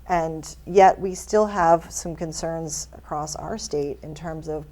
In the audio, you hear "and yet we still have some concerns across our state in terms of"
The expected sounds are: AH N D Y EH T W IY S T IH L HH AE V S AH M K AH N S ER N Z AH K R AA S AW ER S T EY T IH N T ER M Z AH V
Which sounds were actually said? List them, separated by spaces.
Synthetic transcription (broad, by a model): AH N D Y EH T W IY S T IH L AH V S AH M K AH N S ER N Z AH K R AA S AW ER S T EY T IH N T ER M Z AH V